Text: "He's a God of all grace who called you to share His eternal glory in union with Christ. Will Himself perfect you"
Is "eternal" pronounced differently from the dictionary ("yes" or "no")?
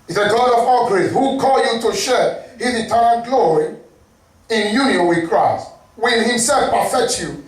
yes